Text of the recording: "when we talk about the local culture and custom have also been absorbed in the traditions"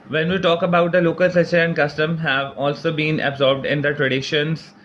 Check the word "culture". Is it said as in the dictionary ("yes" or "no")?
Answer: no